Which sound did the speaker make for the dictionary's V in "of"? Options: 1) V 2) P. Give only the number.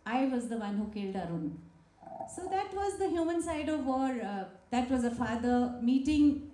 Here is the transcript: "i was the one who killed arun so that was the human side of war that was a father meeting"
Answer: 1